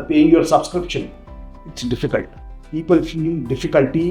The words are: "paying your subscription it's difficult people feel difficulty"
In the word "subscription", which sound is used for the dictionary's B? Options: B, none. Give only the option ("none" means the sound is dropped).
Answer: B